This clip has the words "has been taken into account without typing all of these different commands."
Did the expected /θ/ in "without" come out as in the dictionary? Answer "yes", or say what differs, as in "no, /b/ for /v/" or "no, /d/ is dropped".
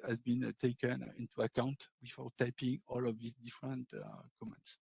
no, /f/ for /θ/